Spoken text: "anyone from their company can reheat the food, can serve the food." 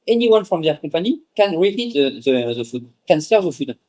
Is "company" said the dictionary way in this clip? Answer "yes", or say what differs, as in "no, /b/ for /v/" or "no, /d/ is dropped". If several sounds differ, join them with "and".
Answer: no, /m/ is dropped